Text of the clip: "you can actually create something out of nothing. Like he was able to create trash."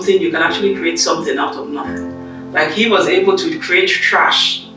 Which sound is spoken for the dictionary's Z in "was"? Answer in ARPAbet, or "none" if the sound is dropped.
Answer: Z